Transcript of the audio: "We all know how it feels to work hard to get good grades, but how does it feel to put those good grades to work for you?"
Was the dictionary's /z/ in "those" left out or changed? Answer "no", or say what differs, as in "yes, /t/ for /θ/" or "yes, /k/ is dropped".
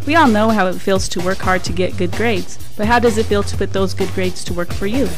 no